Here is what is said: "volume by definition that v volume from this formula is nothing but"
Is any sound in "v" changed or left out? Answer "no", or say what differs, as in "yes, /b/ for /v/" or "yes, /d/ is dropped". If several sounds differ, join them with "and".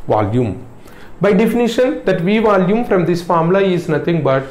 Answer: no